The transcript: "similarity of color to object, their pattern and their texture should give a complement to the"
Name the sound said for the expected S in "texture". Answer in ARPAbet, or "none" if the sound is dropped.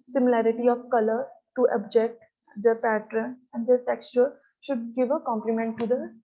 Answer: S